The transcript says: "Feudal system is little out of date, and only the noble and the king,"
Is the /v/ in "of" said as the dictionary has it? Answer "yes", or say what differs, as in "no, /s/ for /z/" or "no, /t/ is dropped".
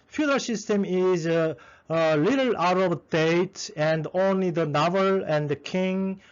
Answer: no, /b/ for /v/